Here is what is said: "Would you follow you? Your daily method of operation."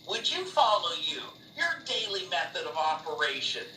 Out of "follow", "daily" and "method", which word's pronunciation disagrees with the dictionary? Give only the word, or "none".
none